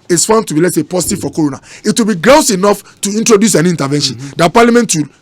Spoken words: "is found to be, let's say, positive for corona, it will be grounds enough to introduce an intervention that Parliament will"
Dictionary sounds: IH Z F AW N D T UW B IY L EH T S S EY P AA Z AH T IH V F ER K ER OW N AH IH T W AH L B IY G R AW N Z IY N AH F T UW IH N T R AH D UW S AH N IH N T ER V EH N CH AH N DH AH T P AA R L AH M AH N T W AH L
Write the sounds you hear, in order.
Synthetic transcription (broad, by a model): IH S F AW N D T UW B IY L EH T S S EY P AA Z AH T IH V F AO K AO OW N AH IH T W AH L B IY G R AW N S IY N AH F T UW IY N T R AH D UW S AH N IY N T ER V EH N SH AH N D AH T P AA L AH M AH N T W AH L